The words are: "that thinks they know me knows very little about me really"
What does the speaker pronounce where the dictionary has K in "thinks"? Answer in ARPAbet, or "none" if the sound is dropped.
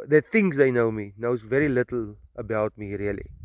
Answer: none